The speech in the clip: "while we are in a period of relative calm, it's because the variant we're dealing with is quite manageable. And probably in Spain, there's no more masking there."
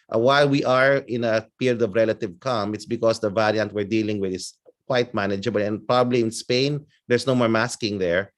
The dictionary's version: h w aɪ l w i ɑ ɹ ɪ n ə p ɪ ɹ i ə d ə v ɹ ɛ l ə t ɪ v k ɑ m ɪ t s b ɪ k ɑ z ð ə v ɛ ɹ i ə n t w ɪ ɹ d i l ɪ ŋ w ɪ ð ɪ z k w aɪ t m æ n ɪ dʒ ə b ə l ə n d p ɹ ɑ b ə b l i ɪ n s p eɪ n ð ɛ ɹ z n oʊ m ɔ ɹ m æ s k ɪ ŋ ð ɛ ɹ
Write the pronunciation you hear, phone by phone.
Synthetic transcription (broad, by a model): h w aɪ l w i ɑ ɹ ɪ n ə p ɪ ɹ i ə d ə v ɹ ɛ l ə t ɪ v k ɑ m ɪ t s b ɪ k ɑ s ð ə v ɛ ɹ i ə n t w ɪ ɹ d i l ɪ ŋ w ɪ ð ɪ s k w aɪ t m æ n ɪ dʒ ə b ə l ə n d p ɹ ɑ b ə b l i ɪ n s p eɪ n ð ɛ ɹ s n oʊ m ɔ ɹ m æ s k ɪ ŋ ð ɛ ɹ